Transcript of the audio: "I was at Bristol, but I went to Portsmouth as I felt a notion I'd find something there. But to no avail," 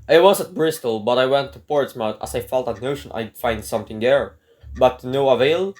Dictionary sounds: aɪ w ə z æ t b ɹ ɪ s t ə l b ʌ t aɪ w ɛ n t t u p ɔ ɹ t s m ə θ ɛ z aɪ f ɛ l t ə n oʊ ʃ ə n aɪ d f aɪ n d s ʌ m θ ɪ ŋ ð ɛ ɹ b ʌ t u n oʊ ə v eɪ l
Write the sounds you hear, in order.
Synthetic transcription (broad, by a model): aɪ w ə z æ t b ɹ ɪ s t ə l b ʌ t aɪ w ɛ n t t u p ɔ ɹ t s m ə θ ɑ s aɪ f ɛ l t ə n oʊ ʃ ə n aɪ d f aɪ n d s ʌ m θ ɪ ŋ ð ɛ ɹ b ʌ t u n oʊ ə v eɪ l